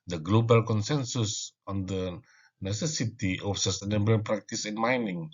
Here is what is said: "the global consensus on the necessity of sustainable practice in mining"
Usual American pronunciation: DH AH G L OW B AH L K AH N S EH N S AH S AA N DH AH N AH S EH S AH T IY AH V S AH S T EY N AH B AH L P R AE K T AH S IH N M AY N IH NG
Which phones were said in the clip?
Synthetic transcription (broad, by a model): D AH G L OW B AH L K AH N S EH N S AH S AA N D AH N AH S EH S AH T IY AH F S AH S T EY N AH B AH N P R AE K T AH S IH N M AY N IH NG